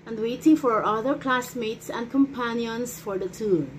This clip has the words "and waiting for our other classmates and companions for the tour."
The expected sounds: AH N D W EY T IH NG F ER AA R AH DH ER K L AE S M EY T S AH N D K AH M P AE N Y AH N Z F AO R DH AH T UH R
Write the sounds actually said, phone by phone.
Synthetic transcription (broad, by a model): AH N D W EY T IH NG F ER AA R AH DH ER K L AE S M EY T S AH N D K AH M P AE N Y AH N S F AO R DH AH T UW